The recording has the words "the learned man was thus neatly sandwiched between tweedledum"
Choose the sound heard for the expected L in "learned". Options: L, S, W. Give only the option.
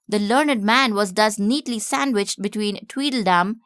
L